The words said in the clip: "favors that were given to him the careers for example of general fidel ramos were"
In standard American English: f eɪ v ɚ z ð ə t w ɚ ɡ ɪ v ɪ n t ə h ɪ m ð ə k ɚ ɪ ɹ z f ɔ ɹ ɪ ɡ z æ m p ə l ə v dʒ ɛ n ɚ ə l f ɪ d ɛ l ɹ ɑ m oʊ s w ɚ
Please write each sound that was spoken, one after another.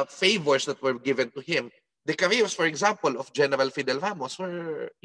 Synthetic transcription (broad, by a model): f eɪ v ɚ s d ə t w ɚ ɡ ɪ v ɪ n t ə h ɪ m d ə k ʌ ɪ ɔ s f ɔ ɹ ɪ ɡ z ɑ m p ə l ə f dʒ ɛ n ɚ ə l f ɪ d ɛ l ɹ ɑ m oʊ s w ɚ